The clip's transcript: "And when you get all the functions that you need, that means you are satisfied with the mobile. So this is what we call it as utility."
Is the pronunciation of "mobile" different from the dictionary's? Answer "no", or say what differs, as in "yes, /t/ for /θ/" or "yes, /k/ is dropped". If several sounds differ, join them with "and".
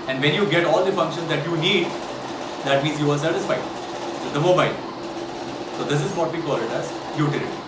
yes, /n/ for /l/